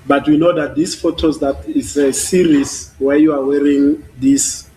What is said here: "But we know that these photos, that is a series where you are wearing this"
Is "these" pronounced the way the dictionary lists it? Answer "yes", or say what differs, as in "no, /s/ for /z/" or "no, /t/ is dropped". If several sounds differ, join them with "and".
no, /s/ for /z/